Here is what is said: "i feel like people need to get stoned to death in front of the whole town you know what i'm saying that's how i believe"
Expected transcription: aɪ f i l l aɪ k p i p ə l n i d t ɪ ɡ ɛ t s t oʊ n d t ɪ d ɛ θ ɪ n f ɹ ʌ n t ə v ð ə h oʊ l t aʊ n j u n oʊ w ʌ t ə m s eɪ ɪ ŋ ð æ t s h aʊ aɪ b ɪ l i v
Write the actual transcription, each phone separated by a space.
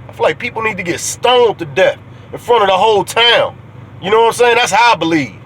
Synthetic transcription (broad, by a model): aɪ f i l l aɪ k p i p l n i d t ɪ ɡ ɛ t s t oʊ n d t ɪ d ɛ θ ɪ n f ɹ ʌ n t ə v ð ə h oʊ l t aʊ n j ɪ n oʊ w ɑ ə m s eɪ ɪ ŋ ð æ t s h aʊ aɪ b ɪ l i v